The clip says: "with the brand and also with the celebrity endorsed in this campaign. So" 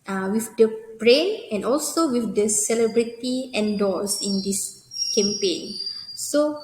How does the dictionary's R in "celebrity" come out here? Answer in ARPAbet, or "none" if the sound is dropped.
R